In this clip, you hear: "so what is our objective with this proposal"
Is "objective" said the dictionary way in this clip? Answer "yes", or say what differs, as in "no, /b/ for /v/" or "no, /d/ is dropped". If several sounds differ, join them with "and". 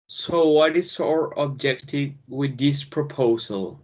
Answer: yes